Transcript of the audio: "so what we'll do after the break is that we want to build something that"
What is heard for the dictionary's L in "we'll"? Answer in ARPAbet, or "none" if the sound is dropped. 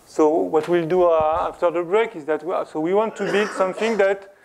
L